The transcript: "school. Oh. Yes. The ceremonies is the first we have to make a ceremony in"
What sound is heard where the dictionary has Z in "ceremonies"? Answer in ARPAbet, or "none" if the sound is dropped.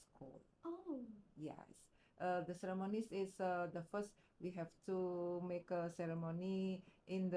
S